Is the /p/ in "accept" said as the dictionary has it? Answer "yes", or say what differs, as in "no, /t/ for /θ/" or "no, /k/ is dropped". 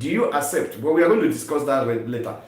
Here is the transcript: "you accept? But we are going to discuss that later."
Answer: yes